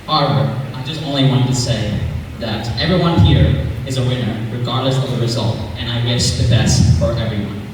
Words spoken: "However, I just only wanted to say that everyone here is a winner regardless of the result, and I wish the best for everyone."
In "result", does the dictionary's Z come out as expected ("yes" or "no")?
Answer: yes